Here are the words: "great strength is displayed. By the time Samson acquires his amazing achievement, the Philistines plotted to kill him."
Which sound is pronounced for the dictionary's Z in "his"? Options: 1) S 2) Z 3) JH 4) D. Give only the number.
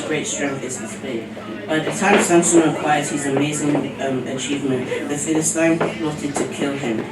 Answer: 2